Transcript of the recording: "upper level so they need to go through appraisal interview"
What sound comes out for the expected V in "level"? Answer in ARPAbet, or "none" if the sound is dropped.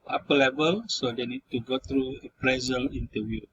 B